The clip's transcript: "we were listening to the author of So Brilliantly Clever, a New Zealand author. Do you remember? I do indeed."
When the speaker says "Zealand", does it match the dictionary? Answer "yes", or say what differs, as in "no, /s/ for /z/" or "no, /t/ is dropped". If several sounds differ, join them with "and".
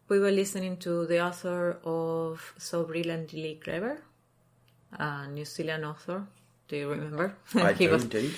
no, /s/ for /z/ and /d/ is dropped